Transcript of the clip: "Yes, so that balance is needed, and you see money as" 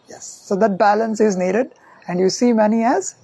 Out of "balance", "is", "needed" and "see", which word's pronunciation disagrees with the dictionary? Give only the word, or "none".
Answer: none